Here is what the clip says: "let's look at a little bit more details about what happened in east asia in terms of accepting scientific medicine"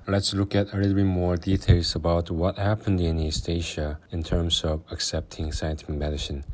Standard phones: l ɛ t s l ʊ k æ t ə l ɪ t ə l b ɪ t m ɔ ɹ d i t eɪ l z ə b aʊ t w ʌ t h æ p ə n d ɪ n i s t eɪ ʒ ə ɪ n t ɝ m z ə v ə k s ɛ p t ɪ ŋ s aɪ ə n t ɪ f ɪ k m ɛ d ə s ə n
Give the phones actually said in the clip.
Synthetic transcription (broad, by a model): l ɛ t s l ʊ k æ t ə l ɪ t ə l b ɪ m ɔ ɹ d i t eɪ l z ə b aʊ t w ʌ t h æ p ə n d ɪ n i s t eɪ ʃ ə ɪ n t ɝ m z ə v ə k s ɛ p t ɪ ŋ s aɪ ə n t ɪ f ɪ k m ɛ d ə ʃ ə n